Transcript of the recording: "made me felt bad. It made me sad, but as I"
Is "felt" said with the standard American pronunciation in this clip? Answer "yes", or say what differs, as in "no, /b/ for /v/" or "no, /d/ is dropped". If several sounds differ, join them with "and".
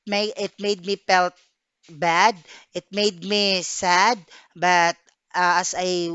no, /p/ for /f/